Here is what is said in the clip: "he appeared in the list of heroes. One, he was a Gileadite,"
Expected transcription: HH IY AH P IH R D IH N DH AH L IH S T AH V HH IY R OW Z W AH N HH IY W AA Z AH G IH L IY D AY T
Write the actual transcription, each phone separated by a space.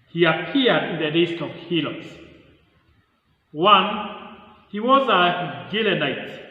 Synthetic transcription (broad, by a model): HH IY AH P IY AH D IH N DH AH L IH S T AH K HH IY L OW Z W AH N HH IY W AA Z AH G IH L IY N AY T